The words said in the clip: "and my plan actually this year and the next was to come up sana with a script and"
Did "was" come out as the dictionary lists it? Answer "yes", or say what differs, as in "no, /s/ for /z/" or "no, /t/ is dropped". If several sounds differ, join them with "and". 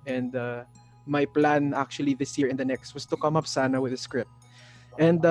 no, /s/ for /z/